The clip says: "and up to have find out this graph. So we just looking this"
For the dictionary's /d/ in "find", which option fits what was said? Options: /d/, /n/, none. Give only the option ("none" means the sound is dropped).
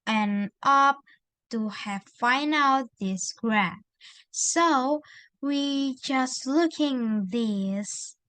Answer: none